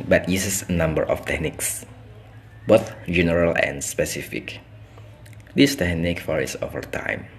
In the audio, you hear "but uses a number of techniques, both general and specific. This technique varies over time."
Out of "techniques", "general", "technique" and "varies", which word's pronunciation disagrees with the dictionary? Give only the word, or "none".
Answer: varies